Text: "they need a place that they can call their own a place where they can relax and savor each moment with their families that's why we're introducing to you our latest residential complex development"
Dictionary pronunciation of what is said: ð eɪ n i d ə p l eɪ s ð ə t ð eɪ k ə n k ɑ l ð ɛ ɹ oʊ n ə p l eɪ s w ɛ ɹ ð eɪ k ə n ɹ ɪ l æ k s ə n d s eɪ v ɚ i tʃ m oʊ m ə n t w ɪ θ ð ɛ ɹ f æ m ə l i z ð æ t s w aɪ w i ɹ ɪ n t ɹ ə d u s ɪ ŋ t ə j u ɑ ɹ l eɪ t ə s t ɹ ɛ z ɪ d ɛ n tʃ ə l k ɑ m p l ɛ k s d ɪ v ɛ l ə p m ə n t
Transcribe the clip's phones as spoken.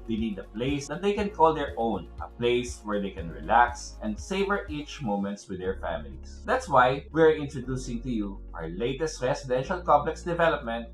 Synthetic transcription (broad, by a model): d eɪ n i d ə p l eɪ s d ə t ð eɪ k ə n k ɑ l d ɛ ɹ oʊ n ə p l eɪ s w ɛ ɹ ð eɪ k ə n ɹ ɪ l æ k s ə n d s eɪ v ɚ i tʃ m oʊ m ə n t w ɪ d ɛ ɹ f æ m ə l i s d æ t s w aɪ w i ɹ ɪ n t ɹ ə d u s ɪ ŋ t ə j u ɑ ɹ l eɪ t ə s t ɹ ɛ s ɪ d ɛ n ʃ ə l k ɑ m p l ɛ k s d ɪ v ɛ l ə p m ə n t